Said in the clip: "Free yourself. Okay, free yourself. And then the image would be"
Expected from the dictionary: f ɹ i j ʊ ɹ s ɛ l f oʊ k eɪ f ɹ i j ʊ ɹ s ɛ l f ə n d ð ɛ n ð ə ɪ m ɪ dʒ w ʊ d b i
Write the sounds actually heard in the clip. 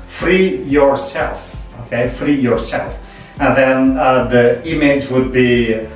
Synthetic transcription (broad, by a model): f ɹ i j ʊ ɹ s ɛ l f oʊ k eɪ f ɹ i j ʊ ɹ s ɛ l f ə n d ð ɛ n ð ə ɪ m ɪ z w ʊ d b i